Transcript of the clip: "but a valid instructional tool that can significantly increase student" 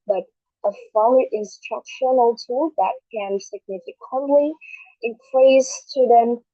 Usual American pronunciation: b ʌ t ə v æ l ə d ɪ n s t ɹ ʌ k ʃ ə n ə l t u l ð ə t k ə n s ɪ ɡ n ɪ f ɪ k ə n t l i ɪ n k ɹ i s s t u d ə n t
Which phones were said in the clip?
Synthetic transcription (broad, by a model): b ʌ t ə f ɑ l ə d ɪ n s t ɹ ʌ k ʃ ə n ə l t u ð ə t k ə n s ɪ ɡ n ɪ f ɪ k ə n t l i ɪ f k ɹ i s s t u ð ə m